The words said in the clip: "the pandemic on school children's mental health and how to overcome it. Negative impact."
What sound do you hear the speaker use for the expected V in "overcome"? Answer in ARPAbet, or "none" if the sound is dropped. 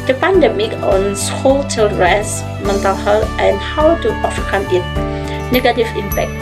F